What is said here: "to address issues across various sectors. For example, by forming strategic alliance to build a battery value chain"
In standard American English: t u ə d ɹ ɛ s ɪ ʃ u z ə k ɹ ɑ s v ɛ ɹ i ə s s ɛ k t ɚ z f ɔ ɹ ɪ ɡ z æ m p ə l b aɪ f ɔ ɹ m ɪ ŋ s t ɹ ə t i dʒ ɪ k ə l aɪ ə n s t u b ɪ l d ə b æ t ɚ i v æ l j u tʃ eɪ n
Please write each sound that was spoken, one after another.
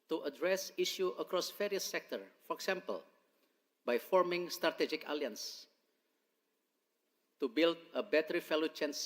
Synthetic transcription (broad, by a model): t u ə d ɹ ɛ s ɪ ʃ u ə k ɹ ɑ s f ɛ ɹ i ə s s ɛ k t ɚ f ɔ ɹ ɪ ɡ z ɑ m p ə l b aɪ f ɔ ɹ m ɪ ŋ s t ɹ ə t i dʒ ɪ k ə l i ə n s t u b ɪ l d ə b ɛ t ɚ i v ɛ l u tʃ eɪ n